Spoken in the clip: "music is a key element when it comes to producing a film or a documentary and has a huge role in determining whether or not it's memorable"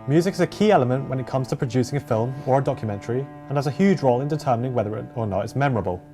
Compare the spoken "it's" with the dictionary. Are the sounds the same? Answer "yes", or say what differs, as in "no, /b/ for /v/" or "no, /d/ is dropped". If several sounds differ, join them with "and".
yes